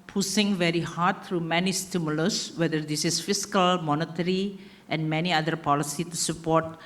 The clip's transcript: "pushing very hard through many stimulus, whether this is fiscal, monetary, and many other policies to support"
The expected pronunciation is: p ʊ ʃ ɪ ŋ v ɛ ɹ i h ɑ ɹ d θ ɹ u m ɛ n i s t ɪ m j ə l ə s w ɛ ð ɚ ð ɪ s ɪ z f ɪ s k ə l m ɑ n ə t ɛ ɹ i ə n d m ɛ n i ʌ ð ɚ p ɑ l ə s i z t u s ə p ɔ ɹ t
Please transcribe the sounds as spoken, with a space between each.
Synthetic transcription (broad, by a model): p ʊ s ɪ ŋ v ɛ ɹ i h ɑ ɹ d t ɹ u m ɛ n i s t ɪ m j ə l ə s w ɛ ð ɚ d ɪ s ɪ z f ɪ s k ə l m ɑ n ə t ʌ ɹ i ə n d m ɛ n i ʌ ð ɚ p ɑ l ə s i t u s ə p ɔ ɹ t